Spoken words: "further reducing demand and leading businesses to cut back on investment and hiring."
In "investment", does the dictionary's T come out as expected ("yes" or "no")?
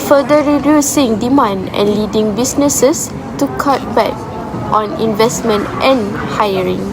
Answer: yes